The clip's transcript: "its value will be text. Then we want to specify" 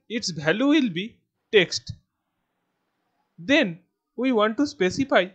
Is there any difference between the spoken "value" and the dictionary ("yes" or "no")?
yes